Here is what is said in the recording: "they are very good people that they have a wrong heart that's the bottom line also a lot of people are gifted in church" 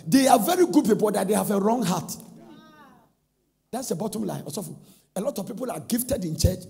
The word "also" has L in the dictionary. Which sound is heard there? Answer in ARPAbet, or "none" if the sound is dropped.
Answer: none